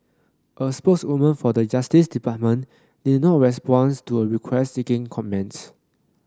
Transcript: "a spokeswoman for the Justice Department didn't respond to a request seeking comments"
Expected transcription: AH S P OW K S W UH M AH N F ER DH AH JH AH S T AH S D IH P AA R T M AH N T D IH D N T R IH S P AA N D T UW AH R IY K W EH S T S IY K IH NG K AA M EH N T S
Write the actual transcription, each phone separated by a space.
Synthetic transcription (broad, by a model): AH S P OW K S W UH M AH N F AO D AH JH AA S T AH S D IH P AA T M AH N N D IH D N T R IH S P AA N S T UW AH R IY K W EH S T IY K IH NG K AA M EH N T S